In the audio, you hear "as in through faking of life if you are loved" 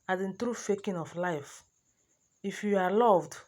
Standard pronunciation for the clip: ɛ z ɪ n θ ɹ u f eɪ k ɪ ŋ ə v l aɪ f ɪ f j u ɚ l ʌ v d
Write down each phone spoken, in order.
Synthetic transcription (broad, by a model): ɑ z ɪ n t ɹ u f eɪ k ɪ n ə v l aɪ f ɪ f j u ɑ l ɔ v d